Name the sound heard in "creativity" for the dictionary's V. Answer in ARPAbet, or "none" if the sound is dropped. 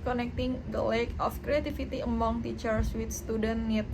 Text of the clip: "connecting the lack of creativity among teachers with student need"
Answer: F